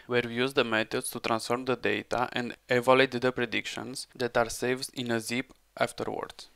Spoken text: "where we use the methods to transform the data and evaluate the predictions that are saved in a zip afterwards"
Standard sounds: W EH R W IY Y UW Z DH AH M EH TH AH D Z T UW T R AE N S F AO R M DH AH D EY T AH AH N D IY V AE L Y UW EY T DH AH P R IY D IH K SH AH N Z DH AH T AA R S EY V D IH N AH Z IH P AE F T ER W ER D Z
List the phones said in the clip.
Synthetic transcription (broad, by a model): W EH R W IY Y UW Z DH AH M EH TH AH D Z T UW T R AE N S F AO R M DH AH D EY T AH AH N D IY V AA L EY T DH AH P R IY D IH K SH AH N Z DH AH T AA R S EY V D IH N AH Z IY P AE F T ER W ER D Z